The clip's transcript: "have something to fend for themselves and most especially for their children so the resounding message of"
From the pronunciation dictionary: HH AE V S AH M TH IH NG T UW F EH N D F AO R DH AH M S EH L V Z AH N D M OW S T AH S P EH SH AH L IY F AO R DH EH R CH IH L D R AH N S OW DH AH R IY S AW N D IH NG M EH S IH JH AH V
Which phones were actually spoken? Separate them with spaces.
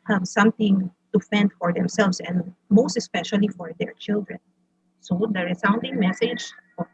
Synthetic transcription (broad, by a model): HH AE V S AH M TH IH NG T UW F EH N D F AO R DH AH M S EH L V S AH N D M OW S T AH S P EH SH AH L IY F AO R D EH R CH IH L D R AH N S OW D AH R IY S AW N D IH NG M EH S IH JH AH